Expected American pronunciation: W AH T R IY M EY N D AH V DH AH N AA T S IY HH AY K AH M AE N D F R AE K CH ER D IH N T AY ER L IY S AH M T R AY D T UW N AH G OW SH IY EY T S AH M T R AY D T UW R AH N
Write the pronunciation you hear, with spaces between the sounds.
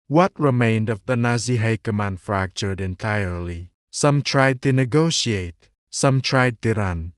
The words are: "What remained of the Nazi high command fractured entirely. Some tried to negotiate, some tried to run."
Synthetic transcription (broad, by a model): W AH T R IY M EY N D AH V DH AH N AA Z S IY HH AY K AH M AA N F R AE K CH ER D IH N T AY ER L IY S AH M T R AY D T UW N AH G OW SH IY EY T S AH M T R AY D T UW R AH N